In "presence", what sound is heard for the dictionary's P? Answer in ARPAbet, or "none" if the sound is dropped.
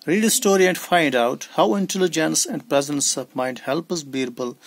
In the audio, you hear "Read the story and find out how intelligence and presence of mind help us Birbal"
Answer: P